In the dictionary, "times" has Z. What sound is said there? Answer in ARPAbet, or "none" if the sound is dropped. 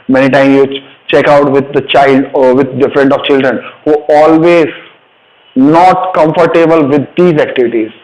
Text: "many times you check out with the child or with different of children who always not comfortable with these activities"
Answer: none